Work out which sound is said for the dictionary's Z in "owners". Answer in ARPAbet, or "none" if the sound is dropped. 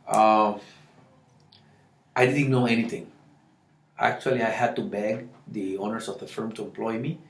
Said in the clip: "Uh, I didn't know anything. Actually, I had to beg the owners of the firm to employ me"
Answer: S